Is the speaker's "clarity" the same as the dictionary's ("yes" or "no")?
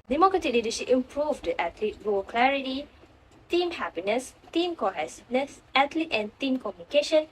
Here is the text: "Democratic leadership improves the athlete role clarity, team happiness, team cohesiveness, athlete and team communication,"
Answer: yes